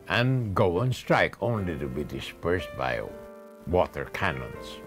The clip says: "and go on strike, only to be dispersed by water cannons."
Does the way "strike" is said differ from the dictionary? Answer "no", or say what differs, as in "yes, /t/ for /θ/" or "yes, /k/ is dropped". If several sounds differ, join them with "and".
no